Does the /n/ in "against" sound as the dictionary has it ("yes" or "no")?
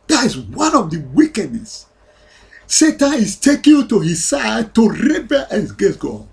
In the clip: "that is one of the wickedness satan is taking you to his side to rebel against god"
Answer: no